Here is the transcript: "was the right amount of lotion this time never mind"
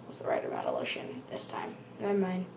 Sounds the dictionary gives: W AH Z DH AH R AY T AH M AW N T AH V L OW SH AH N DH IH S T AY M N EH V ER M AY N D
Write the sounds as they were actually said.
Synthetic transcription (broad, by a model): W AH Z DH AH R AY T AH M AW T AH L OW SH AH N DH IH S T AY M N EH IH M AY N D